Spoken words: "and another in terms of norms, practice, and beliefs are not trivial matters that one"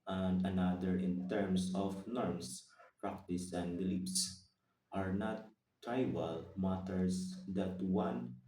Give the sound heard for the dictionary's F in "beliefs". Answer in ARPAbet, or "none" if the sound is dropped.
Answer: P